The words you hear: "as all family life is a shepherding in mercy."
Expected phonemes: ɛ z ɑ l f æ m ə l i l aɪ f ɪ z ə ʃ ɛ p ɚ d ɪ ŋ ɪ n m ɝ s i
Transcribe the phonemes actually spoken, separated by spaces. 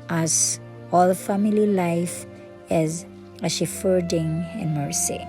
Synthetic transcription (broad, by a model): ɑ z ɑ l f æ m ə l i l aɪ f ɪ z ə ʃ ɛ f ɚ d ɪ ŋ ɪ n m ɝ s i